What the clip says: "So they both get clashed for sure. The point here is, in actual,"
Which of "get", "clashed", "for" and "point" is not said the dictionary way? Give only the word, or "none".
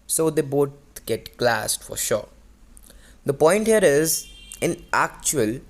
clashed